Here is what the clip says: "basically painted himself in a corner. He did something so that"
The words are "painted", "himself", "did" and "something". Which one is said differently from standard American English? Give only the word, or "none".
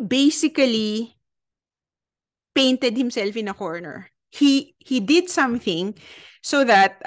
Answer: none